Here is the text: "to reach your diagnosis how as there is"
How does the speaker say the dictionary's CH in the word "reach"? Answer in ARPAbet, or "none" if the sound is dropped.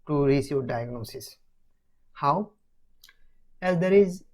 S